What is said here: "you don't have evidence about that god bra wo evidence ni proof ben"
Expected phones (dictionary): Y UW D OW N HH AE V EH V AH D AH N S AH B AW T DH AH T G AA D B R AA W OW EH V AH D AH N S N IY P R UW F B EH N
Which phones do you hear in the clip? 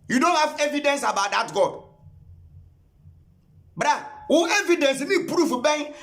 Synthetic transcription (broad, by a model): Y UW D OW N HH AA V EH V AH D AH N S AH B AW T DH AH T G AA D B R AA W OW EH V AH D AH N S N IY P R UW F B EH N